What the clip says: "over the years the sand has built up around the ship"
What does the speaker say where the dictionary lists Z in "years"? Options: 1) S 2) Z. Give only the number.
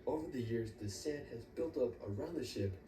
2